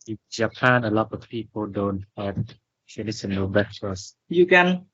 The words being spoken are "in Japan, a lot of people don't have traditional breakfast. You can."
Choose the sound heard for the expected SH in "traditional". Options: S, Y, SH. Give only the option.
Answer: S